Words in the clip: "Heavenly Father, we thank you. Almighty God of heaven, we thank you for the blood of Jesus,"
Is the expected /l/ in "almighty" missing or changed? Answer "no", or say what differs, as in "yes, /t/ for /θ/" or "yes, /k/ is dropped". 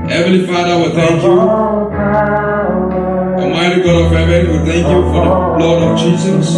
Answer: yes, /l/ is dropped